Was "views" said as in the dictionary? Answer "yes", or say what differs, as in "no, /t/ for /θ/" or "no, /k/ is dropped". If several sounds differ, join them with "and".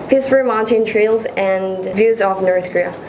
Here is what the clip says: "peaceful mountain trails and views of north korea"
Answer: yes